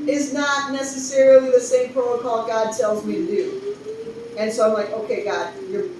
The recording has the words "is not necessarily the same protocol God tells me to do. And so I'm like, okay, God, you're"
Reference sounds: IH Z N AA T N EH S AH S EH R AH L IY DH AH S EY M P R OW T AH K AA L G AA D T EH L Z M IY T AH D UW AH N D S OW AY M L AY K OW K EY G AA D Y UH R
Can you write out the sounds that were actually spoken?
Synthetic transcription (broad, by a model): IH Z N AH T N EH S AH S EH R L IY DH AH S EY M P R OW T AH K AA L G AA D T EH L Z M IY D UW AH N S OW AY M L AY K OW K EY G AA D Y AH R